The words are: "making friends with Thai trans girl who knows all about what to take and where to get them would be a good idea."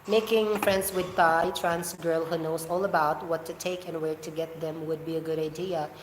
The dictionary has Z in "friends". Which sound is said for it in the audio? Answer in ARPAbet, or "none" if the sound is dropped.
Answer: S